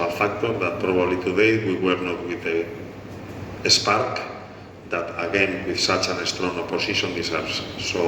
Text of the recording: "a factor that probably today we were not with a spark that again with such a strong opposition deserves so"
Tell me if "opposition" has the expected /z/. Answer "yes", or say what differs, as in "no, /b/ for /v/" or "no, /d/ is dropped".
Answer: no, /s/ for /z/